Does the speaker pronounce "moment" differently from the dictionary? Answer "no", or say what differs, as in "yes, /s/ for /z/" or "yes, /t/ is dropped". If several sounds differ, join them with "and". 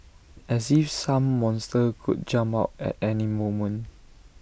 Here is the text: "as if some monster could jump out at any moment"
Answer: yes, /t/ is dropped